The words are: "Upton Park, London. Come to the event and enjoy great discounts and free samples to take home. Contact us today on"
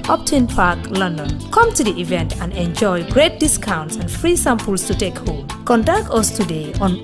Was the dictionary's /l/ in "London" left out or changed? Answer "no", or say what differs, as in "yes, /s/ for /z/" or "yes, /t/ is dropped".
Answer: no